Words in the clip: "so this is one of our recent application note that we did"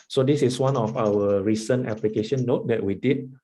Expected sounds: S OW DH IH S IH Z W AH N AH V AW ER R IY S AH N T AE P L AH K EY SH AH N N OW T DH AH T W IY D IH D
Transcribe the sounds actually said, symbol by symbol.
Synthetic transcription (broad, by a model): S OW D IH S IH S W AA N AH F AW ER R IY S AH N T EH P L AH K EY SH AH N N OW T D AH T W IY D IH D